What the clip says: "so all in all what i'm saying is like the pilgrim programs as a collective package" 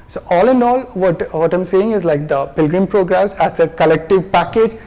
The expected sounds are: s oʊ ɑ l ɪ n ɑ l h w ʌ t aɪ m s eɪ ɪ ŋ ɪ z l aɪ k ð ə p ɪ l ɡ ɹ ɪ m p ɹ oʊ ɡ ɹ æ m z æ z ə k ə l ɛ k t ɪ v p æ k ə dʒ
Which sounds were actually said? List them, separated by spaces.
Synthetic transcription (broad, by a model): s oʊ ɑ l ɪ n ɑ l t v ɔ t aɪ m s eɪ ɪ ŋ ɪ z l aɪ k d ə p ɪ l ɡ ɹ ɪ m p ɹ oʊ ɡ ɹ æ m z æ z ə k ə l ɛ k t ɪ v p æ k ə dʒ